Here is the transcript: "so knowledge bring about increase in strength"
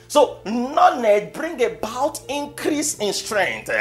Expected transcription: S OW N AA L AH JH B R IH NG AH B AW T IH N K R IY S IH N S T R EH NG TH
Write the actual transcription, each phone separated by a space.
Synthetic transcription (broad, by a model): S OW N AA N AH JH B R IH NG AH B AW T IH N K R IY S IH N S T R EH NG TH